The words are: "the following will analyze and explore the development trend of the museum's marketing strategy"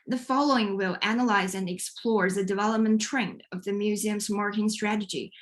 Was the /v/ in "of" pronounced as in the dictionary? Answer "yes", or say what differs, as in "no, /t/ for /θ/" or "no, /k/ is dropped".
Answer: yes